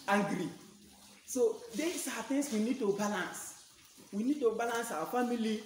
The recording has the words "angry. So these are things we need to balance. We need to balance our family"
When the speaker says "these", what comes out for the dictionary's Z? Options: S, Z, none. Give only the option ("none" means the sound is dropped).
S